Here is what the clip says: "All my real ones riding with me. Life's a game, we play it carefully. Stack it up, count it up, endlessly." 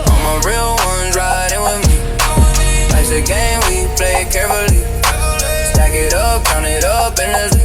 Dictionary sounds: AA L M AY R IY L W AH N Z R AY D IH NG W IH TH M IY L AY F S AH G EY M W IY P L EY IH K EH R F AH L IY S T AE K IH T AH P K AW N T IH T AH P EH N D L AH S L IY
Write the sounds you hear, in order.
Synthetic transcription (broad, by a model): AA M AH R IY L W AH N Z R AY D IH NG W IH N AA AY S AH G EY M W IY P L EY IH K EH R F AH L IY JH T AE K IH T AH P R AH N IH T AH P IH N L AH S